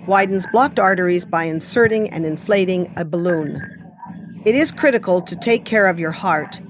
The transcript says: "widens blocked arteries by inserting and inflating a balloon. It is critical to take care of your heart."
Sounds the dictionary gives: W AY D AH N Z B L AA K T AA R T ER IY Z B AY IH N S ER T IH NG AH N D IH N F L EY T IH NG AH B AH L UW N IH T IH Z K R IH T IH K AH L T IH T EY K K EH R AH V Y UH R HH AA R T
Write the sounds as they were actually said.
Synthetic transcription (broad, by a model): W AY D N Z B L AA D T AA R T ER IY Z B AY IH N S ER T IH NG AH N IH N F L EY T IH NG AH B AH L UW N IH T IH Z K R IH T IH K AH L T IH T EY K K EH R AH V Y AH R HH AA R T